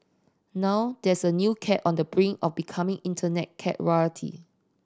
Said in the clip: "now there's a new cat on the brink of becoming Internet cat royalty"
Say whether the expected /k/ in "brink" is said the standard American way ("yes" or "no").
no